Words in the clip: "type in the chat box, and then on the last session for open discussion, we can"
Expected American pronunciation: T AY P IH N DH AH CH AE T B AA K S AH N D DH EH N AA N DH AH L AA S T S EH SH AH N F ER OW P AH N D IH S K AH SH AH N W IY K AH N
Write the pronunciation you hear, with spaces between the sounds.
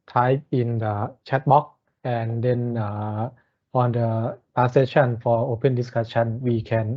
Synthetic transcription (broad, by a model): T AY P IH N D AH CH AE T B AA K AH N D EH N AA N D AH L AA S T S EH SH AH N F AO OW P AH N D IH S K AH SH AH N W IY K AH N